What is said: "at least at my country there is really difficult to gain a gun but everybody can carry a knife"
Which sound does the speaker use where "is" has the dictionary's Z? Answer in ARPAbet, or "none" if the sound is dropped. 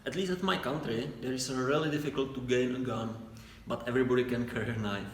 S